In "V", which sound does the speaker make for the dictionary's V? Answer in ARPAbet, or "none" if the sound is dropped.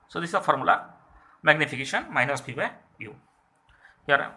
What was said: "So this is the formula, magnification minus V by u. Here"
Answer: F